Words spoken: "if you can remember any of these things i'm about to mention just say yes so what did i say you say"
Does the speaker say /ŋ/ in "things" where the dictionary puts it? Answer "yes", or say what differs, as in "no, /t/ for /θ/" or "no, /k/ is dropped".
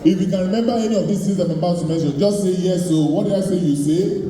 no, /ŋ/ is dropped